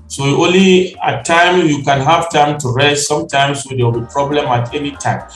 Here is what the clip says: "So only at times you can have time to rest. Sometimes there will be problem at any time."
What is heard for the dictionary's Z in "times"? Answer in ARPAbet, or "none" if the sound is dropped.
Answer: none